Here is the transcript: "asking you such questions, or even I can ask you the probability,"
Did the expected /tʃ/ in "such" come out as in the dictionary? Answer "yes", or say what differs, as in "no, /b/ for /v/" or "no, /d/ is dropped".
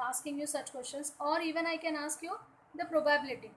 yes